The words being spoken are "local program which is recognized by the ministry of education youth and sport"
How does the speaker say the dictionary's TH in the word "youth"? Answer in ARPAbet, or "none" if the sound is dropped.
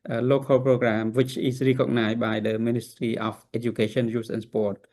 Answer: S